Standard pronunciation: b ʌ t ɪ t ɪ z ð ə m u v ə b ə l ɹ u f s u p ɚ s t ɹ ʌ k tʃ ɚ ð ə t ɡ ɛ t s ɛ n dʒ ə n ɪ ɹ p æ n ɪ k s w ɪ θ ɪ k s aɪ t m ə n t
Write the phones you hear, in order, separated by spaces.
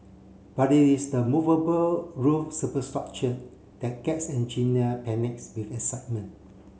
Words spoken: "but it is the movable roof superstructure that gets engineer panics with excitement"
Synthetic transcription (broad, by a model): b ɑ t ɪ t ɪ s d ə m u v ə b ə l ɹ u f s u p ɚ s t ɹ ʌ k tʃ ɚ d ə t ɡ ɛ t s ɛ n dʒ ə n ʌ p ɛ n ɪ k s w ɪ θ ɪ s aɪ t m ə n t